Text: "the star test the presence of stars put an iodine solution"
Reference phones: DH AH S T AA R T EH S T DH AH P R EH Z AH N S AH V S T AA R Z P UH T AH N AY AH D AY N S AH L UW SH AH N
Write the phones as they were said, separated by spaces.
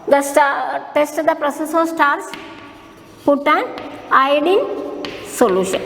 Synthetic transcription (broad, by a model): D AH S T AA T EH S T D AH P R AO S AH S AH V S T AA R S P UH T AH N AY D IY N S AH L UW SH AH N